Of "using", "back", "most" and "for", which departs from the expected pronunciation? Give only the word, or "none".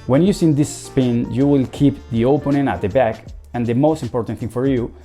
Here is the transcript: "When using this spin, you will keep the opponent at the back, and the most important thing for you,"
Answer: using